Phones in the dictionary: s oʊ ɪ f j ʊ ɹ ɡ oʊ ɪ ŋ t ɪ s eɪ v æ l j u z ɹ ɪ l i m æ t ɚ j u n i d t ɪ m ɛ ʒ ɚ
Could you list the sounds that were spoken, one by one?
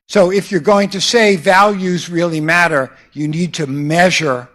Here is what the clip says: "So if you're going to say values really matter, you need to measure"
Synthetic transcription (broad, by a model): s oʊ ɪ f j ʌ ɹ ɡ oʊ ɪ ŋ t ɪ s eɪ v æ l j u z ɹ ɪ l i m æ t ɚ j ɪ n i d t ɪ m ɛ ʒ ɚ